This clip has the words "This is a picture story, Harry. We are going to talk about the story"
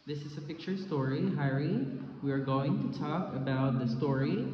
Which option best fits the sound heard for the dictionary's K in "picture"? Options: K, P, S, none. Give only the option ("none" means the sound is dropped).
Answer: K